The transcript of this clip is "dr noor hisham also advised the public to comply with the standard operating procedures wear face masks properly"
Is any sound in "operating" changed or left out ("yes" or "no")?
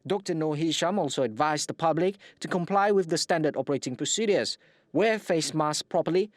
no